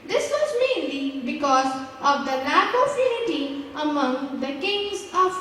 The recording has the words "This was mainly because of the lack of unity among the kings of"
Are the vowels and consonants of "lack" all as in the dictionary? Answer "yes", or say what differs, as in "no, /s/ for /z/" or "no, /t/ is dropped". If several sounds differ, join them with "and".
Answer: no, /n/ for /l/